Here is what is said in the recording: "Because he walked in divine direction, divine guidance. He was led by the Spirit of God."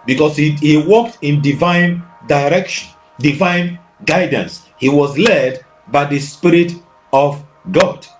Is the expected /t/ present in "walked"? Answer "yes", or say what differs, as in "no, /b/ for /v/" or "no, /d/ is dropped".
yes